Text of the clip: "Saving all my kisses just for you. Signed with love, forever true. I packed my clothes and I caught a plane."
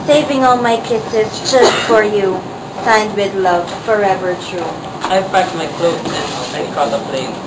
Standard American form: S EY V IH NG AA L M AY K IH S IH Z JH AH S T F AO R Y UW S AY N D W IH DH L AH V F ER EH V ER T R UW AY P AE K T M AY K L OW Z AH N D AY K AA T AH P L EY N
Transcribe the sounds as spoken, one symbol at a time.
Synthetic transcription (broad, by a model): S EY V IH NG AA L M AY K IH S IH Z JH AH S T F AO R Y UW S AY N D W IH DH L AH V F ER EH V ER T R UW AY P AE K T M AY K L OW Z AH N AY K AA AH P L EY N